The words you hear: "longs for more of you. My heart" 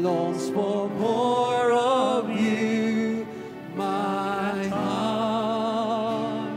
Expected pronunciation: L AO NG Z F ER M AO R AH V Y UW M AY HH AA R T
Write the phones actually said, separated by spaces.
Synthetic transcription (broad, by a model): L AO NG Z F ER M AO R AH V Y UW M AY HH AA